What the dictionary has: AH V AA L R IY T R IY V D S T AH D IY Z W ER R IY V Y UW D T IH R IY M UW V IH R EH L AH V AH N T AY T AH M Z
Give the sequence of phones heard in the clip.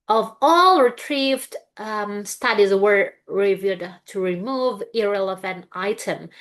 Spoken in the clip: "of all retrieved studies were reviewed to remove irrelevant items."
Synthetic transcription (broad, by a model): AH V AA L R IY T R IY V D S T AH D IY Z W ER R IY V Y UW D T IH R IY M UW V IH R EH L AH V AH N T AY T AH M